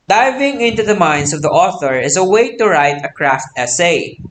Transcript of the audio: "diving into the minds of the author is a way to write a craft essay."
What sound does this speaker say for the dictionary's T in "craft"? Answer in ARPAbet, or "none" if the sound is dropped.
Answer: T